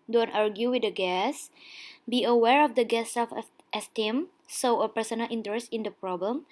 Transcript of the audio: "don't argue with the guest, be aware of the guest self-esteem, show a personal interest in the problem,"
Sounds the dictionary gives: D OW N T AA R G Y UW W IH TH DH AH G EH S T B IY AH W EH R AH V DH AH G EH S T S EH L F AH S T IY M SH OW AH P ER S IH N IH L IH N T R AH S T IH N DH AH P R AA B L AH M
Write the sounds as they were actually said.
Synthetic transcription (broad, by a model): D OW N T AA R G Y UW W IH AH G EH S B IY AH W EH R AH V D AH G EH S S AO F AH S T IY M S OW AH P ER S IH N IH L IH N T R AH S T IH N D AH P R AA B L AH M